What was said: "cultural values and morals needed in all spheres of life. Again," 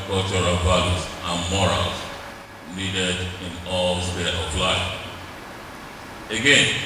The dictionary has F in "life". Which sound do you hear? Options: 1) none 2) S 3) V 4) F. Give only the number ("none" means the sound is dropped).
1